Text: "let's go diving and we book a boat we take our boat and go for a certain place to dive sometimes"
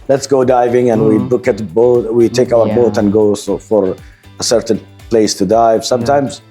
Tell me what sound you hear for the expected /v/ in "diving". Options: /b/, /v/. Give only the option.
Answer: /v/